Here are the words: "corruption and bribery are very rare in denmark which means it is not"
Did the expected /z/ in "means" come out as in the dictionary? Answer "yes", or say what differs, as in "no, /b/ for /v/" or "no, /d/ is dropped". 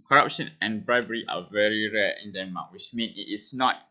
no, /z/ is dropped